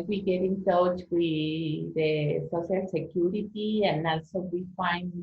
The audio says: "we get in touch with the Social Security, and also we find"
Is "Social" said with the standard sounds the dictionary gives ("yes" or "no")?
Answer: no